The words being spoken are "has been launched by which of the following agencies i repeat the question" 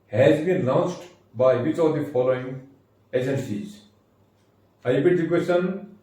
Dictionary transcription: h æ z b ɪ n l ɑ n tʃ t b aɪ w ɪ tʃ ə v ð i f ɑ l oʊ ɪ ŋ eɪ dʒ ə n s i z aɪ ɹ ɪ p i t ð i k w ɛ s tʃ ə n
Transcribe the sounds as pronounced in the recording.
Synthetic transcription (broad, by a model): h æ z b ɪ n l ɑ n s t b aɪ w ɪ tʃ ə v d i f ɑ l oʊ ɪ ŋ eɪ dʒ ə n s i z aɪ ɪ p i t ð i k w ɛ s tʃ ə n